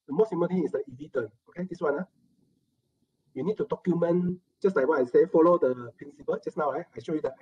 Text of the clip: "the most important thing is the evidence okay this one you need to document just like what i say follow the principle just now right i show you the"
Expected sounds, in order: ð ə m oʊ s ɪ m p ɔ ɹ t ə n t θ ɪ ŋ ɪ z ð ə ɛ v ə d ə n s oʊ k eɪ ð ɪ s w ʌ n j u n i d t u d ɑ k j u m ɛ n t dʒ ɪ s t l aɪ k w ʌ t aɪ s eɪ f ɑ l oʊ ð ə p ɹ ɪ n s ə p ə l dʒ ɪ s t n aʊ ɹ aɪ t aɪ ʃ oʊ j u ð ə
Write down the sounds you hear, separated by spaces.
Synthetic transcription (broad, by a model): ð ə m oʊ s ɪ m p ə l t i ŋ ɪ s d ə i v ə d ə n oʊ k eɪ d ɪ s w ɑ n j u n i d t u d ɑ k j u m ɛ n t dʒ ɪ s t l aɪ k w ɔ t aɪ s eɪ f ɑ l oʊ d ə p ɹ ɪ n s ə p ə l dʒ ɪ s n aʊ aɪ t aɪ ʃ oʊ j u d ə